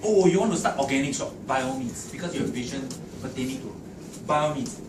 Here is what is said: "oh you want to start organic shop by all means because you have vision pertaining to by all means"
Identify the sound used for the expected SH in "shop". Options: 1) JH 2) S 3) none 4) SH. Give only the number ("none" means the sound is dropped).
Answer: 2